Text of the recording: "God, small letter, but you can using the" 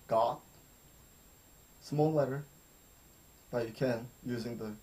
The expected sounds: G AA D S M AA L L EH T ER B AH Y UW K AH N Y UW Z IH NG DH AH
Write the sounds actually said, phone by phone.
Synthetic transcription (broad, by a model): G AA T S M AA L L EH T ER B AH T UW K AH N Y UW Z IH NG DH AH